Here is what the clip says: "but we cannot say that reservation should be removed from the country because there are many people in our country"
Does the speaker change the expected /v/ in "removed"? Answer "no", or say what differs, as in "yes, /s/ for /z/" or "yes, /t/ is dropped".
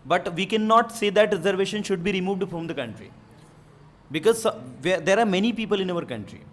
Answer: no